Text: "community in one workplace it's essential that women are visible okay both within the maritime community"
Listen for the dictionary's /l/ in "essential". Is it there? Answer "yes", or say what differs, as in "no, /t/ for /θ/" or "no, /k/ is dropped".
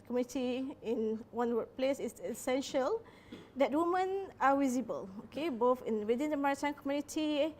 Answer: yes